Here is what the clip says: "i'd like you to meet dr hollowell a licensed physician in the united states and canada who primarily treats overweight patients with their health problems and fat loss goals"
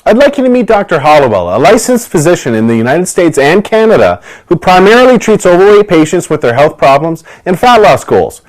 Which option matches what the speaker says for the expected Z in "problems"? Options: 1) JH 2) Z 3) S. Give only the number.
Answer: 2